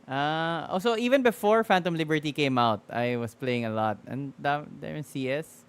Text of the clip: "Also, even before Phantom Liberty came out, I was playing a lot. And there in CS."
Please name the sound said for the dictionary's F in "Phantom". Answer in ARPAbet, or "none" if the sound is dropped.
F